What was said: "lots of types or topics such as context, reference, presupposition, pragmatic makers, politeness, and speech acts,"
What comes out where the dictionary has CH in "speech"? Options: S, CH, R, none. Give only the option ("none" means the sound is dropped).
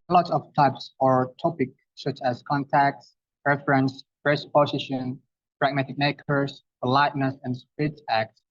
S